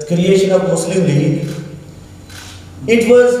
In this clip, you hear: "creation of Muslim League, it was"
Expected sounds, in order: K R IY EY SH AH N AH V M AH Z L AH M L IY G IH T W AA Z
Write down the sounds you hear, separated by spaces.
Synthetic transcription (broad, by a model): K R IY EY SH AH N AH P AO S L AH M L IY IH T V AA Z